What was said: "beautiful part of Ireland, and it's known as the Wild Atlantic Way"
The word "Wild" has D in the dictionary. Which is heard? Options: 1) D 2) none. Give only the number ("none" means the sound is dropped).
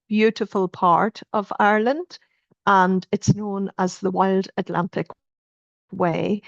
1